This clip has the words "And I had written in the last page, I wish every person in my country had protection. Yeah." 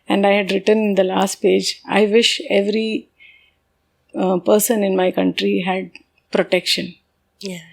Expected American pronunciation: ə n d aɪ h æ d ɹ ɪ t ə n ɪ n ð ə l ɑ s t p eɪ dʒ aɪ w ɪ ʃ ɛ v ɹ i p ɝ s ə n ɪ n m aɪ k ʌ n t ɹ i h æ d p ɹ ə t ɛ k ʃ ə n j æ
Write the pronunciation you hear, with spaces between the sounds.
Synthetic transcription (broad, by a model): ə n d aɪ h æ d ɹ ɪ t ə n ɪ n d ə l ɑ s t p eɪ dʒ aɪ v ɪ ʃ ɛ v ɹ i p ɝ s ə n ɪ n m aɪ k ʌ n t ɹ i h æ d p ɹ ə t ɛ k ʃ ə n j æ